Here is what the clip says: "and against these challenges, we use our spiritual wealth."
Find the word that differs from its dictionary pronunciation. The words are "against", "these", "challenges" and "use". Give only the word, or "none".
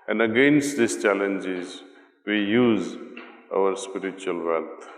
these